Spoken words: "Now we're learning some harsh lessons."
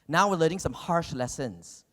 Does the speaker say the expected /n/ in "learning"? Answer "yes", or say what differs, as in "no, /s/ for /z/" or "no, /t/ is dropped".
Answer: no, /n/ is dropped